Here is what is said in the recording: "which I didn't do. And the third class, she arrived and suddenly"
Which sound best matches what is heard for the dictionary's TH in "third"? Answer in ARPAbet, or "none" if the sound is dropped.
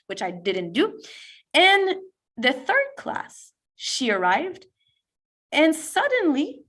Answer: TH